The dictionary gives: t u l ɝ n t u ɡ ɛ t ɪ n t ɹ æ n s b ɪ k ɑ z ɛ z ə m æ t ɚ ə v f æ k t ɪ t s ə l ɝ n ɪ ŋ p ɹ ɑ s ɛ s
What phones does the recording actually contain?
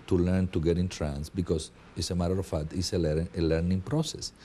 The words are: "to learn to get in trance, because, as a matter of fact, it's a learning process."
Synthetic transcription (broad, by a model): t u l ɝ n t u ɡ ɛ t ɪ n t ɹ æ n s b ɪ k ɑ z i s ə m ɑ t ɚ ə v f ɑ t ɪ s ə l ɝ n ɪ ŋ p ɹ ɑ s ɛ s